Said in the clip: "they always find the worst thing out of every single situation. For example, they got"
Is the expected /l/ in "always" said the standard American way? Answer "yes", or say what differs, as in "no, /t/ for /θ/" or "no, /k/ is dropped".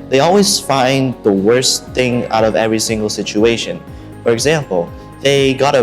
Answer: yes